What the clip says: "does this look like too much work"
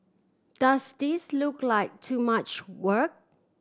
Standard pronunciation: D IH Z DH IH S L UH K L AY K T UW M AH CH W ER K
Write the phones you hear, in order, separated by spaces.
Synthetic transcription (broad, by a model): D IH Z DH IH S L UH K L AY K T UW M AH CH W ER K